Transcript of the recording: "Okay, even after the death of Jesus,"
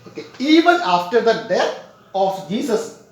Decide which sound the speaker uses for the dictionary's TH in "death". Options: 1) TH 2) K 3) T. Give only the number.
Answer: 3